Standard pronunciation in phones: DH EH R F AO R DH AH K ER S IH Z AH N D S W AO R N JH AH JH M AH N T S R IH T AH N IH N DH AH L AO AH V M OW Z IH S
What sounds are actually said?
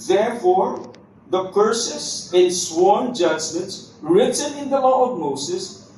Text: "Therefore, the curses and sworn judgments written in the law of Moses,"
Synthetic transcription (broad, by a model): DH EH R F AO R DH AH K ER S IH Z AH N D S W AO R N JH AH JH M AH N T R IH T AH N IH N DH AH L AO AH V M OW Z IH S